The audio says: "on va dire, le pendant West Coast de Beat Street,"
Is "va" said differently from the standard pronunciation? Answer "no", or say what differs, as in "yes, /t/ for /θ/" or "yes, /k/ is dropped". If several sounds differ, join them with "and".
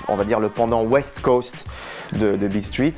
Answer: no